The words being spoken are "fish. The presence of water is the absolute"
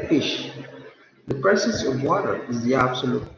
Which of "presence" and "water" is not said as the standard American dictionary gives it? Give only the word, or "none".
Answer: presence